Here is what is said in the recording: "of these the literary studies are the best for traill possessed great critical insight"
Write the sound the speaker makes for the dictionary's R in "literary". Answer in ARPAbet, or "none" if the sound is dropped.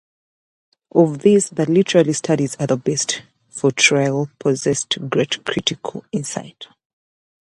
L